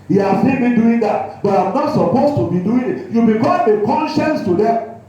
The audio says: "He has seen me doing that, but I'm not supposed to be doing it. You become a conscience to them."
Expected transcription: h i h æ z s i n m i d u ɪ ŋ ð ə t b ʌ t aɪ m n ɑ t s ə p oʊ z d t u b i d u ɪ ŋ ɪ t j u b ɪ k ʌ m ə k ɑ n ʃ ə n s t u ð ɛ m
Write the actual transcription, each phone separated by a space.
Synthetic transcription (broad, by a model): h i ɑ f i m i d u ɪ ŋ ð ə t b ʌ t aɪ m n ɑ t s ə p oʊ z t u b i d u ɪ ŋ ɪ t j u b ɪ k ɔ ə k ɑ n ʃ ə n s t u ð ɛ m